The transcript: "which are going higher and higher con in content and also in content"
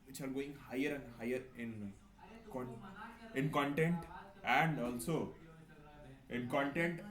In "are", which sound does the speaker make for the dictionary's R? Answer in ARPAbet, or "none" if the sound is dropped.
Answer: L